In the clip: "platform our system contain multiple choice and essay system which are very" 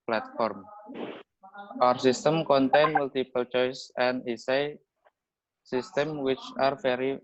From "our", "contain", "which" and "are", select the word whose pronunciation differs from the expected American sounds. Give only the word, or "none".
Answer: none